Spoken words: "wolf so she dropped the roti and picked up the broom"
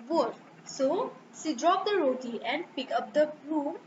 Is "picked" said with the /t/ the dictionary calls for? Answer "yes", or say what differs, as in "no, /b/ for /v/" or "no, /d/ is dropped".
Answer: no, /t/ is dropped